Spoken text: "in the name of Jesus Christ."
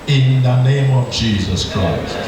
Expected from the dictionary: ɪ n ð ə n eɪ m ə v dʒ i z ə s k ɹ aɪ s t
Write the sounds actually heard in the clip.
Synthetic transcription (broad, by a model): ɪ n ð ə n eɪ m ə v dʒ i z ə s k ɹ aɪ s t